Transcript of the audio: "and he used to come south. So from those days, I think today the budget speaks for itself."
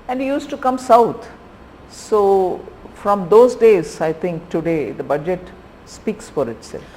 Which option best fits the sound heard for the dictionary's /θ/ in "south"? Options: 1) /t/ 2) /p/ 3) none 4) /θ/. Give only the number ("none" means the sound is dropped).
1